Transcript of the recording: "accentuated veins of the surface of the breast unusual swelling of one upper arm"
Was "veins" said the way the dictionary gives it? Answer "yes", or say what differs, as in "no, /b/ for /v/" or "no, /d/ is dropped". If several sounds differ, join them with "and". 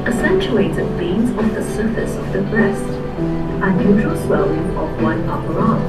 no, /b/ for /v/